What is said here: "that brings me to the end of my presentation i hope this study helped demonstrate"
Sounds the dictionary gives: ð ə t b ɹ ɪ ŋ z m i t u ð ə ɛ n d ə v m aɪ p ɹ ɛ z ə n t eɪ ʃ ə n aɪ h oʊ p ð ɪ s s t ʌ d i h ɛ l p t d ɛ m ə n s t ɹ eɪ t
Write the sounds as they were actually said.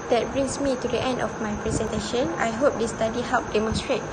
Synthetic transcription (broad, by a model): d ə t b ɹ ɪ ŋ s m i t u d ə ɛ n d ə f m aɪ p ɹ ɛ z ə n t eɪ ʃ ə n aɪ h oʊ p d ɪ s s t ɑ d i h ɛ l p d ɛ m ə n s t ɹ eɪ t